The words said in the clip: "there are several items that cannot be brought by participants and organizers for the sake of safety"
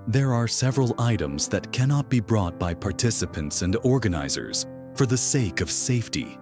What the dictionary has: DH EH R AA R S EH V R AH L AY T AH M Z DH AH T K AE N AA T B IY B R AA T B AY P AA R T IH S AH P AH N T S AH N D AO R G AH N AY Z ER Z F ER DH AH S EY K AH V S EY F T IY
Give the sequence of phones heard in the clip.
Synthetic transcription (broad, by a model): DH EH R AA R S EH V R AH L AY T AH M Z DH AH T K AE N AA T B IY B R AA T B AY P AA R T IH S AH P AH N T S AH N D AO R G AH N AY Z ER Z F ER DH AH S EY K AH V S EY F T IY